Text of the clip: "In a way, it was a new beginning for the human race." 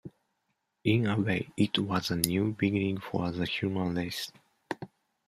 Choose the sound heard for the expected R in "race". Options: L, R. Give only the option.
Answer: L